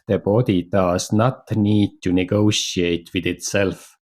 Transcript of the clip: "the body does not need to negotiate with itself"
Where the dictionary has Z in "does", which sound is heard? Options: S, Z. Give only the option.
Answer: S